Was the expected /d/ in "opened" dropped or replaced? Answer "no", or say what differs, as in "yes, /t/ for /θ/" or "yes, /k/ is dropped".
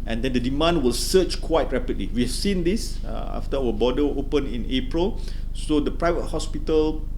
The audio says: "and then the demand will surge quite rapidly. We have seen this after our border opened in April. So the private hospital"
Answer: yes, /d/ is dropped